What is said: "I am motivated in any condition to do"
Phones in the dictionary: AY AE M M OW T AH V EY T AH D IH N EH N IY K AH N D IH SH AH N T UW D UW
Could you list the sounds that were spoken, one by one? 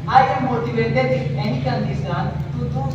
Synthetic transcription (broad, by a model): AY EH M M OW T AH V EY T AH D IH EH N IY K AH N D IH S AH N T UW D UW